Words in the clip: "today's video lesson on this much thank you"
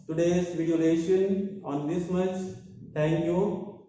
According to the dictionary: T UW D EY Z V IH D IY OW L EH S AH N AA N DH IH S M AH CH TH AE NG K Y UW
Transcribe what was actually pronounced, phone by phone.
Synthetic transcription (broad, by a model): T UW D EY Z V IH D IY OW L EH SH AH N AA N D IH S M AH CH T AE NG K Y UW